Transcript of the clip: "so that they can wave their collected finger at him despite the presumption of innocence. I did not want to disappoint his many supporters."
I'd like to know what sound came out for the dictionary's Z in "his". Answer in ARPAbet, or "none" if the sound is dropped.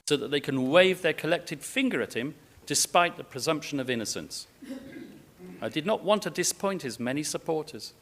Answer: Z